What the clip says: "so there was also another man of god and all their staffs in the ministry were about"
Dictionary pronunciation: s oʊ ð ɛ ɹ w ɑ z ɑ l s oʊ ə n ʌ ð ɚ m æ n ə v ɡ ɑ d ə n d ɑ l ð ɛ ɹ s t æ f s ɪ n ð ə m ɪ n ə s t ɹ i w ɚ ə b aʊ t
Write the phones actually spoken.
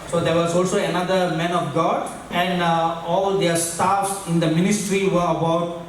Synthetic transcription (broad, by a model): s oʊ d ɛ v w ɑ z ɑ l s oʊ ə n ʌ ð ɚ m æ n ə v ɡ ɑ d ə n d ɑ l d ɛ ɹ s t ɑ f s ɪ n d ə m ɪ n ə s t ɹ i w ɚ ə b aʊ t